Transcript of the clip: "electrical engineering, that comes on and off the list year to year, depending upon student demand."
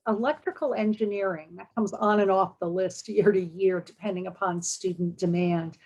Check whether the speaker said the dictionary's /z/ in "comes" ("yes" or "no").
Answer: yes